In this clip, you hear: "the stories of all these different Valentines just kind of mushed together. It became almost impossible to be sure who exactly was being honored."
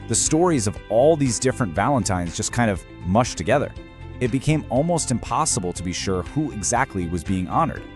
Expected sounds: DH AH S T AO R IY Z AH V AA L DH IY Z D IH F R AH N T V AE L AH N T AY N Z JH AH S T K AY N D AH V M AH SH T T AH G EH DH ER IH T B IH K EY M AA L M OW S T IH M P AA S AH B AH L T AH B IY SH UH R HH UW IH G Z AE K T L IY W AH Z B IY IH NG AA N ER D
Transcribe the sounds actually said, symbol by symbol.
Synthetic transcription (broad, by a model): DH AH S T AO R IY Z AH V AA L DH IY Z D IH F R AH N T V AE L AH N T AY N Z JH AH S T K AY N D AH V M AH SH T T AH G EH DH ER IH T B IH K EY M AA L M OW S T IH M P AA S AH B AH L T AH B IY SH UH R HH UW IH G Z AE K T L IY W AH Z B IY IH NG AA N ER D